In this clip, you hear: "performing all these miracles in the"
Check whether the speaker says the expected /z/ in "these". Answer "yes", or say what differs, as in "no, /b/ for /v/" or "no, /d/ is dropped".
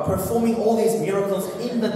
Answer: yes